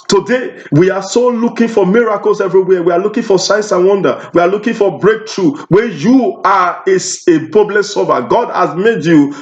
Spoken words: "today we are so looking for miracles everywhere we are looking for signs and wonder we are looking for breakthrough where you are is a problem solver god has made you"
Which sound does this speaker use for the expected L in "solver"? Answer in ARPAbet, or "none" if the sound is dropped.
none